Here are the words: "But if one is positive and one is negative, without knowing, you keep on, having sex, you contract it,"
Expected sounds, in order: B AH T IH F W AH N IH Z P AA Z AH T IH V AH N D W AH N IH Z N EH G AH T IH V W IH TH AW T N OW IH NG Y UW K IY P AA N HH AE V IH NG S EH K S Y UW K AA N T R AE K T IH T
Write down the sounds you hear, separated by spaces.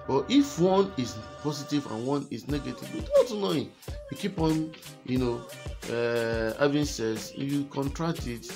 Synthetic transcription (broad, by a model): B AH T IH F W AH N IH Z P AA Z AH T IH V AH N W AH N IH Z N EH G AH T IH V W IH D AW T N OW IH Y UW K IY P AA N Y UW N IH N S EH S Y UW K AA N T R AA K T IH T